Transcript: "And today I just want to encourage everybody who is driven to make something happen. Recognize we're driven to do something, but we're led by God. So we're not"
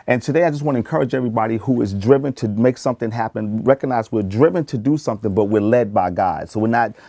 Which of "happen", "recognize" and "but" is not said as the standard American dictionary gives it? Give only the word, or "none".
none